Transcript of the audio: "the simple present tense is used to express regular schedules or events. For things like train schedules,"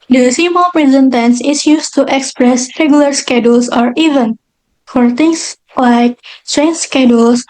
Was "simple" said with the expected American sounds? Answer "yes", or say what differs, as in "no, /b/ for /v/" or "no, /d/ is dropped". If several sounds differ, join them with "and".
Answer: no, /p/ is dropped